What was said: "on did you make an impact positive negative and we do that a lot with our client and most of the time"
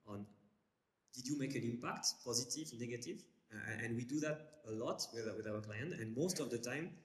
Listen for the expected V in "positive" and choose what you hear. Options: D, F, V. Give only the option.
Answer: V